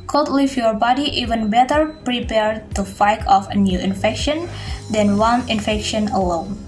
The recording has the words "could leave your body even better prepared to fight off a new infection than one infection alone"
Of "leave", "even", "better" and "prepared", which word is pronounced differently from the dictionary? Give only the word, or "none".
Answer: leave